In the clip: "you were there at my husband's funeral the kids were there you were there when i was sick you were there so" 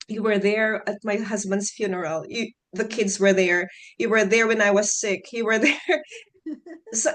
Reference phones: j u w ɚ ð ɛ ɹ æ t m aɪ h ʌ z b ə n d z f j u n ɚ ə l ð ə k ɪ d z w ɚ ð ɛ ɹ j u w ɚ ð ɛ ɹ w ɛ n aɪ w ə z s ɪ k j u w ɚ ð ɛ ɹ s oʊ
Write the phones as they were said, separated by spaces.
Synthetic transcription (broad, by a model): j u w ɚ ð ɛ ɹ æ t m aɪ h ʌ z b ə n d z f j u n ɚ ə l ð ə k ɪ d z w ɚ ð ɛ ɹ j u w ɚ ð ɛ ɹ w ɛ n aɪ w ə z s ɪ k j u w ɚ ð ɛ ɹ s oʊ